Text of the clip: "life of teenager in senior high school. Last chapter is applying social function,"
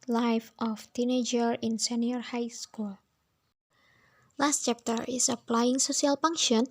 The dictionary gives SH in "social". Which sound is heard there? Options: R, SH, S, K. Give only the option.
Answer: S